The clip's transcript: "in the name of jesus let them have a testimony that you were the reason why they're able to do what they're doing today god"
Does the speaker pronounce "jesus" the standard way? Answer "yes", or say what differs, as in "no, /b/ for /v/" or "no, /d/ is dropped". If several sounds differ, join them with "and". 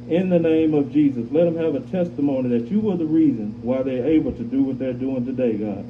yes